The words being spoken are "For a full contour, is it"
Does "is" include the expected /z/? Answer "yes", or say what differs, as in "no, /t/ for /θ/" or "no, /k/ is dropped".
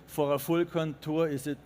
no, /s/ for /z/